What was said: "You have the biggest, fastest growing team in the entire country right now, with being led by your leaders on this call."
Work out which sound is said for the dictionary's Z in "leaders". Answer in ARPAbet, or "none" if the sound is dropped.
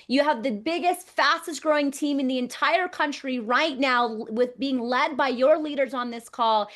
Z